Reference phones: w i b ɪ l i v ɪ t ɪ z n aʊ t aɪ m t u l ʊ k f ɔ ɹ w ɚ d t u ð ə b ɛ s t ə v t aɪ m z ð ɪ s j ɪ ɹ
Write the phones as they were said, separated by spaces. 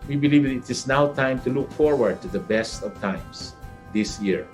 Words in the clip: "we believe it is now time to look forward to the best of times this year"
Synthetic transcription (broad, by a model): w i b ɪ l i v ɪ t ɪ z n aʊ t aɪ m t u l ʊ k f ɔ ɹ w ɚ d t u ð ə b ɛ s t ə v t aɪ m s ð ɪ s j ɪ ɹ